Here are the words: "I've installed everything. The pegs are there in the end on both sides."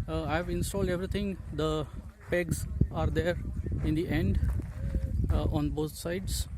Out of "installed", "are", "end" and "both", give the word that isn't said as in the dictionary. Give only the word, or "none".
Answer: both